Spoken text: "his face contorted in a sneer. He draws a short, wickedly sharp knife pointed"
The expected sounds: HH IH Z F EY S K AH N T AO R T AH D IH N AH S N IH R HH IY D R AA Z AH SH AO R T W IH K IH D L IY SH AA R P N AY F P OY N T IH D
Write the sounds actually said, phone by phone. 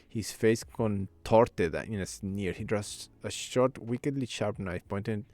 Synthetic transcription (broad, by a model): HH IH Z F EY S K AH N T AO R T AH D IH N AH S N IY R HH IY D R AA S AH SH AO R T W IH K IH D L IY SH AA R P N AY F P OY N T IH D